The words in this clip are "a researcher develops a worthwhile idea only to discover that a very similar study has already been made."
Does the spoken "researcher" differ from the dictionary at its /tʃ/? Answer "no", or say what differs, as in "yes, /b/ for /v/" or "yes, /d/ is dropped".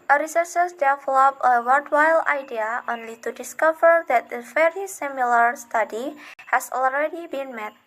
yes, /s/ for /tʃ/